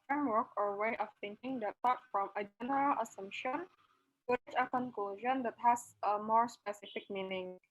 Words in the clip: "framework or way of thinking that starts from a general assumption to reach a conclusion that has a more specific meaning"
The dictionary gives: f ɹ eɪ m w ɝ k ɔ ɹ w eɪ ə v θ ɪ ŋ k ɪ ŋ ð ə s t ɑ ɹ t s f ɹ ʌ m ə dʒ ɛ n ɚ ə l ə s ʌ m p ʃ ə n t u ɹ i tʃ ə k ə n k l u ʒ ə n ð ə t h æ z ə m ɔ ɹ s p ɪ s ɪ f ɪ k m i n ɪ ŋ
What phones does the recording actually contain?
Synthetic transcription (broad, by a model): f ɹ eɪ m w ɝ k ɔ ɹ w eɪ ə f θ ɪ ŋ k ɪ ŋ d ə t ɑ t f ɹ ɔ m ə dʒ ɛ n ɚ ə l ə s ʌ m p ʃ ə n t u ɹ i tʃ ə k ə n k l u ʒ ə n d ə t h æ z ə m ɔ ɹ s p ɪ s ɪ f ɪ k m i n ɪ ŋ